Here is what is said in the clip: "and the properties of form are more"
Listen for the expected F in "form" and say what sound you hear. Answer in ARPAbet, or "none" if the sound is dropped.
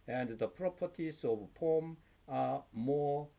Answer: P